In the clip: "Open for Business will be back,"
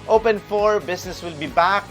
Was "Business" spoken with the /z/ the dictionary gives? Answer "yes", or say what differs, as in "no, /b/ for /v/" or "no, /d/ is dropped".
no, /s/ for /z/